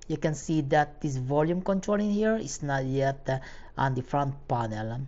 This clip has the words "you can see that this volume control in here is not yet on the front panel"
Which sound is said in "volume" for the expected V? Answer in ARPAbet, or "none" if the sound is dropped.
V